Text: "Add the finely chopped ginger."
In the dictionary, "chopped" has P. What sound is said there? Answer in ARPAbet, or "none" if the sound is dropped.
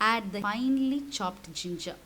P